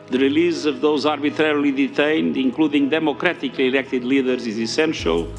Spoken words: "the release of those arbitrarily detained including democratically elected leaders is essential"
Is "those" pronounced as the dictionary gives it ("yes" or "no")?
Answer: yes